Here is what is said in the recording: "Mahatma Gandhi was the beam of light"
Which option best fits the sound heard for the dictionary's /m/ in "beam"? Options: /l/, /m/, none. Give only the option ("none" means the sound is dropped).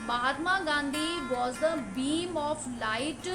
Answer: /m/